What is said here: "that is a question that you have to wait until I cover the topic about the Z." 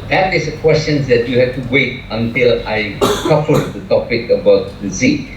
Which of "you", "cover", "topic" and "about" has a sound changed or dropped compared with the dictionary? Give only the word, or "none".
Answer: cover